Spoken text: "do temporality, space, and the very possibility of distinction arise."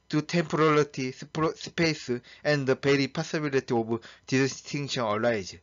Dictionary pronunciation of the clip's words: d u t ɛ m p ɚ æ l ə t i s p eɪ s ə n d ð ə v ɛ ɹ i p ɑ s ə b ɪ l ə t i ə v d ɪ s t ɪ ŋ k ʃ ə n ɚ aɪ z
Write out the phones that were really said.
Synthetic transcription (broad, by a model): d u t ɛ m p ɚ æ l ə t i s p eɪ s ə n d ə b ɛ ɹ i p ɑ s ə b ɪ l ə t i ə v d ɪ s t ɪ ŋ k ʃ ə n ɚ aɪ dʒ